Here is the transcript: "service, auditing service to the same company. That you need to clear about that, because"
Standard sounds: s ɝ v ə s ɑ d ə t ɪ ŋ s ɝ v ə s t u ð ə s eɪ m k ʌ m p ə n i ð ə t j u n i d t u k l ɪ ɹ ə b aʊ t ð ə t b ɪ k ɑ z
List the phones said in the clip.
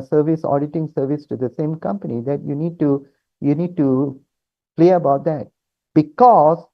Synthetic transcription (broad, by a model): s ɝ v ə s ɑ d ə t ɪ ŋ s ɝ v ə s t u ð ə s eɪ m k ʌ m p ə n i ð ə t j u n i d t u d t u l ə b aʊ t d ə t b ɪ k ɑ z